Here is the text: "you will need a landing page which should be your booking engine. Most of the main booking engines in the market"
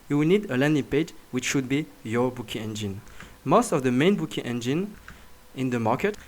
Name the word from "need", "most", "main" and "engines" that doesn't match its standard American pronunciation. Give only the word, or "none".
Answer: engines